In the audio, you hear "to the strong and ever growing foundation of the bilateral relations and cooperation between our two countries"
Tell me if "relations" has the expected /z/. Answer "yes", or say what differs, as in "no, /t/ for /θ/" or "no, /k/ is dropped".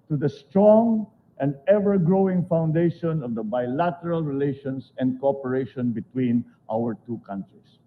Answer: no, /s/ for /z/